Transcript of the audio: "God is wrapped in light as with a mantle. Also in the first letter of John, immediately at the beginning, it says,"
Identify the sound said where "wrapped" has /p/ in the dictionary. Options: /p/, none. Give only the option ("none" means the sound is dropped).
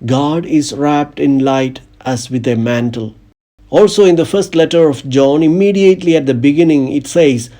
/p/